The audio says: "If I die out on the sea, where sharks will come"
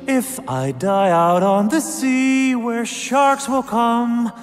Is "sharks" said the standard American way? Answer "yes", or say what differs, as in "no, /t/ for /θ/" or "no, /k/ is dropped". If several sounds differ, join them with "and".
yes